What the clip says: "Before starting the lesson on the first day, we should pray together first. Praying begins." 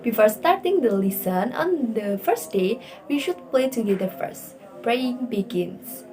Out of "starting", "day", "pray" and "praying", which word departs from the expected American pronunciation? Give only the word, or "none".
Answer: pray